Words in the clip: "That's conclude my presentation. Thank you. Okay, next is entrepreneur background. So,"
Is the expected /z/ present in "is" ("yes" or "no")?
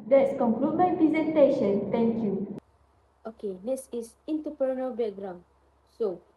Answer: no